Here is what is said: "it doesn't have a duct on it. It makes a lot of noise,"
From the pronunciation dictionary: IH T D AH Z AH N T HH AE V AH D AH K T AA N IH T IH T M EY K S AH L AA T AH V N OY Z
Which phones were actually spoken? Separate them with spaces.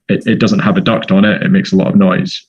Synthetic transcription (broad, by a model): IH T D AH Z AH N T HH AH V AH D AH K T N IH T IH T M EY K S AH L AA T AH V N OY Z